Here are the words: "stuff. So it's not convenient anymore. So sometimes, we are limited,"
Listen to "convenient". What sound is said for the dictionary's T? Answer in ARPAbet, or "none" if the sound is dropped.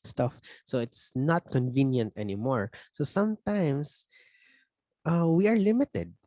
T